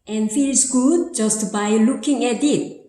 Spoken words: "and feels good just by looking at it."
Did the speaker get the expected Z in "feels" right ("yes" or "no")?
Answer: no